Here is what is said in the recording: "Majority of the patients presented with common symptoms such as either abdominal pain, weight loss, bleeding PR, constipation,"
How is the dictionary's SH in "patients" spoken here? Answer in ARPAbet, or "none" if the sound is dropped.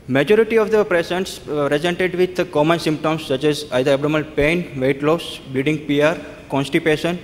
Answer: S